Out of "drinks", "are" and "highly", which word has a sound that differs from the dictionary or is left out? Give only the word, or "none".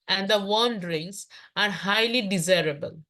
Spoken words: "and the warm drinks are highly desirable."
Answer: drinks